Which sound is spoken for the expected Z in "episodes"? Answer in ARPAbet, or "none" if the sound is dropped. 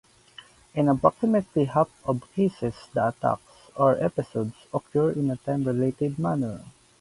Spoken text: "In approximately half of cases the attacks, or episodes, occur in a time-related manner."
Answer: S